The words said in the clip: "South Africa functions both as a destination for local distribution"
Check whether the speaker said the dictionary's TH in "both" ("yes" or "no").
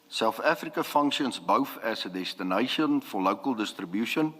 no